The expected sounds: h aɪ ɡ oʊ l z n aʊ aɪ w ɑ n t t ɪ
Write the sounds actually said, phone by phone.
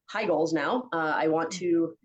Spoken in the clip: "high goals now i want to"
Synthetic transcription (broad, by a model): h aɪ ɡ oʊ l z n aʊ aɪ w ɑ n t t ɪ